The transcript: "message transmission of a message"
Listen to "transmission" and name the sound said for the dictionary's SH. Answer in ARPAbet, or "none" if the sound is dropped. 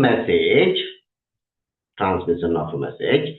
S